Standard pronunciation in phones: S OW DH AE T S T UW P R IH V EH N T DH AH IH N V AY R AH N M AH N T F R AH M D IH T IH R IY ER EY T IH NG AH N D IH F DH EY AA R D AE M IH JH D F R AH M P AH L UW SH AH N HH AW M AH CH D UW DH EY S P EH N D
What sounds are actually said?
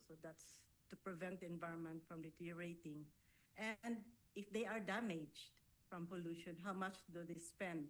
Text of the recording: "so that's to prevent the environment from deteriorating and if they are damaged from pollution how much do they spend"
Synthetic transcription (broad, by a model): S OW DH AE T S T UW P R IH V EH N T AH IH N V AY R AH N M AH N T F R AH M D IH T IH R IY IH T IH NG AH N D IH F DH EY AA R D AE M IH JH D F R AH M P AH L UW SH AH N HH AW M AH CH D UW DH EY S P EH N D